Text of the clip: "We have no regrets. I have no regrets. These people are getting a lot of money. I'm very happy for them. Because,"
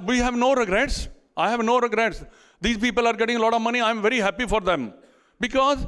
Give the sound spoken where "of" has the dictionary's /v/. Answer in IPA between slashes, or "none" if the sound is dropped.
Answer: /v/